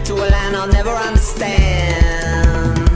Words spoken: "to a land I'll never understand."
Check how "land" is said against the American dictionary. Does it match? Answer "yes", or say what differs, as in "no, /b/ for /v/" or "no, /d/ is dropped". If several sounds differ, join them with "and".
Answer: no, /d/ is dropped